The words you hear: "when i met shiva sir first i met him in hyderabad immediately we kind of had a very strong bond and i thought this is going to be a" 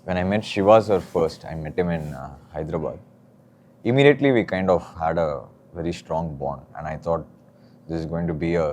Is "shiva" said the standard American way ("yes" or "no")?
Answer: yes